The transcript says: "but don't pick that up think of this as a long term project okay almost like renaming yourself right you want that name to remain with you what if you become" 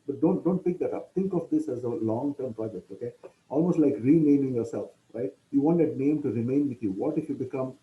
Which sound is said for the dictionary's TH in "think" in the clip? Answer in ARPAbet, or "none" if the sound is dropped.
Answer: T